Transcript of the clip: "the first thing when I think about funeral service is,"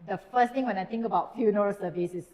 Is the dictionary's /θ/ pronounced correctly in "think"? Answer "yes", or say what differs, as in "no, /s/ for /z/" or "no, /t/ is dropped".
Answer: no, /t/ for /θ/